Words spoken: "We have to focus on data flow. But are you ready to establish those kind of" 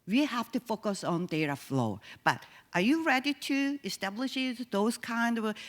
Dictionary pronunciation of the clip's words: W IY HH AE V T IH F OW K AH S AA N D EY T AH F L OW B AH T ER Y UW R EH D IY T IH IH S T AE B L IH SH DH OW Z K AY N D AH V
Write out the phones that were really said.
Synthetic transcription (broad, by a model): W IY HH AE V T IH F OW K AH S AA N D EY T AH F L OW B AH T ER Y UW R EH D IY T IH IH S T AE B L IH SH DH OW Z K AY N D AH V